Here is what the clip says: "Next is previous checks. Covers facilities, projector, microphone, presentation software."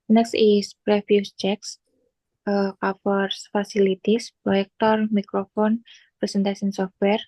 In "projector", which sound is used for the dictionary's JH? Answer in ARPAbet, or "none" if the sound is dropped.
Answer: none